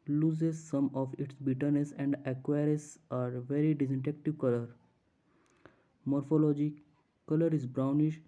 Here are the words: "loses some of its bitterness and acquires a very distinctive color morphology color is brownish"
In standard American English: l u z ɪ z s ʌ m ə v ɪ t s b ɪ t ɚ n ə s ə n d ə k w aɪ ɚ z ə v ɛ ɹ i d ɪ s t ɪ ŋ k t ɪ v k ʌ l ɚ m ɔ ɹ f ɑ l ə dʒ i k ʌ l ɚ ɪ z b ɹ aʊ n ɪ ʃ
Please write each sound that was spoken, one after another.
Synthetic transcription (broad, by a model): l u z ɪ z s ʌ m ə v ɪ t s b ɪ t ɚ n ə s ə n d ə k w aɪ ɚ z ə v ɛ ɹ i d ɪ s t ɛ k t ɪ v k ʌ l ɚ m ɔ ɹ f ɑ l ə dʒ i k ʌ l ɚ ɪ z b ɹ aʊ n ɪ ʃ